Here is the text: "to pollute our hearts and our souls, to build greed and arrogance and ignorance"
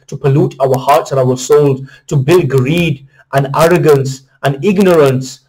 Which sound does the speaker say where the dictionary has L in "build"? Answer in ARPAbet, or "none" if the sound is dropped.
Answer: L